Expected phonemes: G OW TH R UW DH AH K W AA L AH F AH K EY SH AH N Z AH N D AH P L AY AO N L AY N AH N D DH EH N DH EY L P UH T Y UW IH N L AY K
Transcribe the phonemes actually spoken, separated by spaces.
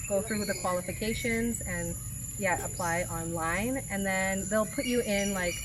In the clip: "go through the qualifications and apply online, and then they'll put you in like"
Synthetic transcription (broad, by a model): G OW TH R UW DH AH K W AA L AH F AH K EY SH AH N Z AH N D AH P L AY AO N L AY N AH N DH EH N DH EY L P UH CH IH IH N L AY K